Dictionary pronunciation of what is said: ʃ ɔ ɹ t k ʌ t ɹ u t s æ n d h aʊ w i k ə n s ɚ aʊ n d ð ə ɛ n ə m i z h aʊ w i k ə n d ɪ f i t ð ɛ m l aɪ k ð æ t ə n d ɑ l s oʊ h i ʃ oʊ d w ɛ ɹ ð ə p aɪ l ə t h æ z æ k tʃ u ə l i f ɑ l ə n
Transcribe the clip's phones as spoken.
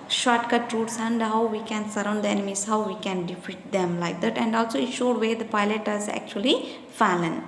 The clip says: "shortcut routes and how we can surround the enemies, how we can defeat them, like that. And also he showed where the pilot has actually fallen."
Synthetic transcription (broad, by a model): ʃ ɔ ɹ t k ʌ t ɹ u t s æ n d h aʊ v i k ə n s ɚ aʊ n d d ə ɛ n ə m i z h aʊ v i k ə n d ɪ f i t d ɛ m l aɪ k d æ t ə n d ɑ l s oʊ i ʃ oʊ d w ɛ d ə p aɪ l ə t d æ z æ k tʃ u ə l i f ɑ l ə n